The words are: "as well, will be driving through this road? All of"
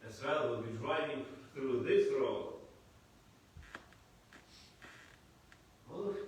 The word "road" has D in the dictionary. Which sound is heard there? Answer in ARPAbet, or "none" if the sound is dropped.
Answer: none